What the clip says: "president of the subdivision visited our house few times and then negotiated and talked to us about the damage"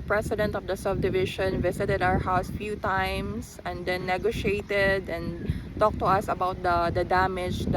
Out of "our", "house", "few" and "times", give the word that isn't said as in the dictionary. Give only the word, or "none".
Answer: times